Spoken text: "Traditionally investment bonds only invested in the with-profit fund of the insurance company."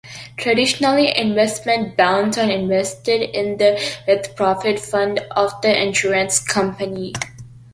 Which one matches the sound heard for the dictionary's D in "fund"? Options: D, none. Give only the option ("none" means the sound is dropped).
D